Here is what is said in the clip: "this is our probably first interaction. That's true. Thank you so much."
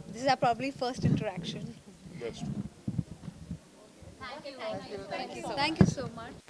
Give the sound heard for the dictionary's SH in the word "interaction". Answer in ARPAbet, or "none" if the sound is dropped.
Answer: SH